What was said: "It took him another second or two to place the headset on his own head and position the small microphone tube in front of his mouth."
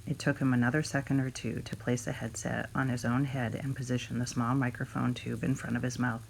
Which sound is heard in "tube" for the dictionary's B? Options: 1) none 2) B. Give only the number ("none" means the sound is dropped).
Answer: 2